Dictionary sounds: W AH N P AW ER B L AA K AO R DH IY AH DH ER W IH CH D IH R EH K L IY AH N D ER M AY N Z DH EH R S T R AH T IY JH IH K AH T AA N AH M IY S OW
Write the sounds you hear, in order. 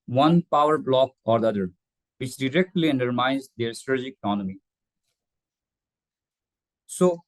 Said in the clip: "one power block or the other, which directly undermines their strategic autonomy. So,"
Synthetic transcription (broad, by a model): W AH N P AW ER B L AA K AO R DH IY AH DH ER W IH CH D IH R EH K L IY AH N D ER M AY N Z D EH R S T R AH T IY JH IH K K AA N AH M IY S OW